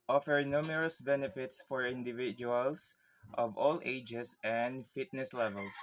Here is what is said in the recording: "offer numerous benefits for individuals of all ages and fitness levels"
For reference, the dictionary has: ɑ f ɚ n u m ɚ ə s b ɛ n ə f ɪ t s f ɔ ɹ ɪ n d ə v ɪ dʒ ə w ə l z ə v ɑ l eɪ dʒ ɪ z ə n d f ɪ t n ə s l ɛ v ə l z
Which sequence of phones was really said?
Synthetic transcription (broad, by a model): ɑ f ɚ n u m ɚ ə s b ɛ n ə f ɪ t s f ɔ ɹ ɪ n d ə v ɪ dʒ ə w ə l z ə v ɑ l eɪ dʒ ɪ s ə n d f ɪ t n ə s l ɛ v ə l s